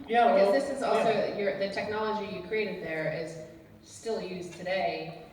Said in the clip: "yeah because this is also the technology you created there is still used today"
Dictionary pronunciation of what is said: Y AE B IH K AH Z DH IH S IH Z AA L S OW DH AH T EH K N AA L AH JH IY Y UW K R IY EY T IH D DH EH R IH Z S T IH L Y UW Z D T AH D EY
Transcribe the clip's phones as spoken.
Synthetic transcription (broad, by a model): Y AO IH AH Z DH IH S IH Z AA L S OW DH AH T EH K N AA L AH JH IY Y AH K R IY EY T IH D DH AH R IH Z S T IH L Y UW Z T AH D EY